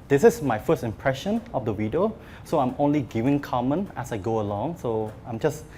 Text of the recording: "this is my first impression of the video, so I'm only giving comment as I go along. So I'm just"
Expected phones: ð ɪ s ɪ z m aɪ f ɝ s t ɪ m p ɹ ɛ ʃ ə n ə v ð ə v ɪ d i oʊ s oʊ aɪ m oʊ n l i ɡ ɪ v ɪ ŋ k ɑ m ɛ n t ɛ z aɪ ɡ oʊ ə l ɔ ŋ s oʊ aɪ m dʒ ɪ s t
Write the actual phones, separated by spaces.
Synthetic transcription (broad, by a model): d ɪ s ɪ s m aɪ f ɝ s t ɪ m p ɹ ɛ ʃ ə n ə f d ə w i d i oʊ s oʊ aɪ m oʊ n l i ɡ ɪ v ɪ ŋ k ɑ m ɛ n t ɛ s aɪ ɡ oʊ ə l ɔ ŋ s oʊ aɪ m dʒ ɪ s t